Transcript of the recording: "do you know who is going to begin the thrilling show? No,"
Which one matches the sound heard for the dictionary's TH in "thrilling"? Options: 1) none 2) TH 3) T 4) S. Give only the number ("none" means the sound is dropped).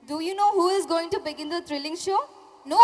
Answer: 3